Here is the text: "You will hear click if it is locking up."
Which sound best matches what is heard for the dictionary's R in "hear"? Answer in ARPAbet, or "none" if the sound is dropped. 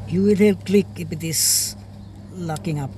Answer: L